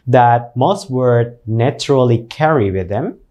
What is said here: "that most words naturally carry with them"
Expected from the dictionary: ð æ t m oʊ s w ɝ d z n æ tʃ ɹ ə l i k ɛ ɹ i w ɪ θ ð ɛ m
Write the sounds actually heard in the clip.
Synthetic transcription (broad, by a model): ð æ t m oʊ s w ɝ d n æ tʃ ɹ ə l i k ɛ ɹ i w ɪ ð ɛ m